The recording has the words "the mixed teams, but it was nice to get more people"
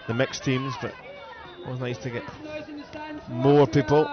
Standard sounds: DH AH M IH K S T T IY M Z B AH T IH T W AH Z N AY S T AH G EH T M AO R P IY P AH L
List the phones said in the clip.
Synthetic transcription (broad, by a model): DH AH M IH K S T T IY M Z B AH T IH T W AH Z N AY S T AH G EH T M AO R P IY P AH L